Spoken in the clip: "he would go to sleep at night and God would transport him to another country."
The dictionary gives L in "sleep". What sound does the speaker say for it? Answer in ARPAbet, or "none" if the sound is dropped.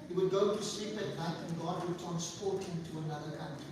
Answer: L